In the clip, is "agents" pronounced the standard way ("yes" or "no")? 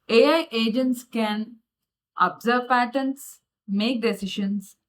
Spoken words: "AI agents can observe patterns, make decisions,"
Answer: yes